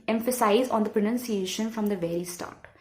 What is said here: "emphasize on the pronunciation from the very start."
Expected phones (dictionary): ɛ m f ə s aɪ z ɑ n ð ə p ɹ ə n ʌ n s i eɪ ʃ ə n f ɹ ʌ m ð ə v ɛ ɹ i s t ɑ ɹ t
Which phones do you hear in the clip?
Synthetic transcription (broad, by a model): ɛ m f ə s aɪ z ɑ n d ə p ɹ ə n ʌ n s i eɪ ʃ ə n f ɹ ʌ m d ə v ɛ ɹ i s t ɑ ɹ t